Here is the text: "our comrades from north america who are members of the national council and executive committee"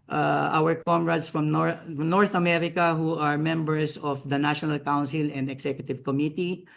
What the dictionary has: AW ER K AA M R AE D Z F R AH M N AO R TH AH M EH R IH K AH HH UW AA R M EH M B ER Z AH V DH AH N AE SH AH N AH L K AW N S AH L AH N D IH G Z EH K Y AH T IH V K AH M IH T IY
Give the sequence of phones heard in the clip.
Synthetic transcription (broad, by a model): AW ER K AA M R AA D S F R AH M N AO R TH AH M EH R IH K AH HH UW AA R M EH M B ER S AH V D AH N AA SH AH N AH L K AW N S AH L AH N D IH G S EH K Y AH T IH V K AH M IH T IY